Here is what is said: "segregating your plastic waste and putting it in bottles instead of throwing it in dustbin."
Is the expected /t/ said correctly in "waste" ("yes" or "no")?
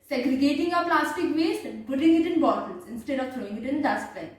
no